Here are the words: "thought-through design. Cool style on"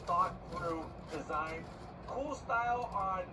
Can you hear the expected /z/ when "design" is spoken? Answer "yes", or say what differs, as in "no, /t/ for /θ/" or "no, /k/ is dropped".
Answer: yes